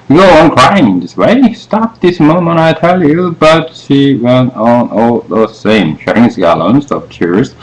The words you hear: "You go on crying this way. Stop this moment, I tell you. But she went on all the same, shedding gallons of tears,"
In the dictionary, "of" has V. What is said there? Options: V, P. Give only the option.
P